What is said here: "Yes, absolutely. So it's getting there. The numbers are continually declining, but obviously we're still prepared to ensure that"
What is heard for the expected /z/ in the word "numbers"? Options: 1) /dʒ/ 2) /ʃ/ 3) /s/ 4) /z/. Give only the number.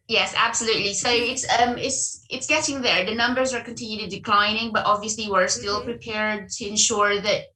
4